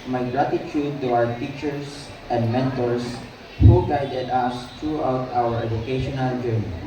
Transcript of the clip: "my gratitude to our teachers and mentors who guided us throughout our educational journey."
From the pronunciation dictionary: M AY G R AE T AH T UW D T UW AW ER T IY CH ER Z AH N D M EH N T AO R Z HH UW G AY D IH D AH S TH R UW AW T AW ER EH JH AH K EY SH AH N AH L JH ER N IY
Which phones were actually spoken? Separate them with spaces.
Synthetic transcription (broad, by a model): M AY G R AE T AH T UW D T UW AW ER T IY CH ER S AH N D M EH N T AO R S HH UW G AY D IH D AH S T R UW AW T AW ER EH JH AH K EY SH AH N AH L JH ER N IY